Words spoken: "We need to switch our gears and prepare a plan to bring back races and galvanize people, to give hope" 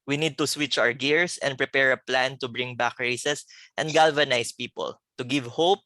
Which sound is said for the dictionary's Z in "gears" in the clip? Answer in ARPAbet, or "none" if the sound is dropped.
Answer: S